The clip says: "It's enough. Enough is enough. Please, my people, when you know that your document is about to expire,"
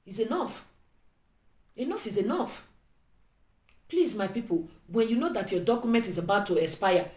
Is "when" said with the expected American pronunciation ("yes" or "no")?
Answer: yes